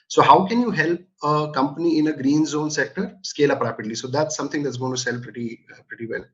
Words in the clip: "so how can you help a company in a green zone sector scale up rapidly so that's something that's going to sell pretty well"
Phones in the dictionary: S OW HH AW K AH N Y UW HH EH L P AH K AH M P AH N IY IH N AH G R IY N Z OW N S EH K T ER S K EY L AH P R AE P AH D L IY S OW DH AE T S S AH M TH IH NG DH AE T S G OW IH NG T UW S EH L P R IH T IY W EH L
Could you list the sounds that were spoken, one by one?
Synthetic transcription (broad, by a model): S OW HH AW K AH N Y UW HH EH L P AH K AH M P AH N IY IH N AH G R IY N Z OW N S EH K T ER S K EY L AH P R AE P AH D L IY S OW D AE T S S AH M T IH NG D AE T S G OW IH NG T UW S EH L P R IH T IY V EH L